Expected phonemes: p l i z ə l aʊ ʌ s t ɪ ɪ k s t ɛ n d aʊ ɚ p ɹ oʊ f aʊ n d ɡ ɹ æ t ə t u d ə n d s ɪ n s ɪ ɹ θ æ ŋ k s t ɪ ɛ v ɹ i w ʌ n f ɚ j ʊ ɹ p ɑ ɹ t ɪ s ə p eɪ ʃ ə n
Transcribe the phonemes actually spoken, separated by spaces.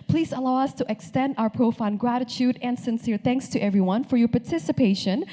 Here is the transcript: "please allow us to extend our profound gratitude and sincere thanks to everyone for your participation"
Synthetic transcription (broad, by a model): p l i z ə l aʊ ʌ s t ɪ ɪ k s t ɛ n d aʊ ɚ p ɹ oʊ f aʊ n ɡ ɹ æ t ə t u d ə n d s ɪ n s ɪ ɹ θ æ ŋ k s t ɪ ɛ v ɹ i w ʌ n f ɚ j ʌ ɹ p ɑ ɹ t ɪ s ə p eɪ ʃ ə n